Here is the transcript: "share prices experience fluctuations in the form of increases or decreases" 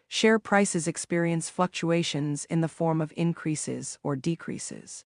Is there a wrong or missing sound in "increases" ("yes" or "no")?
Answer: no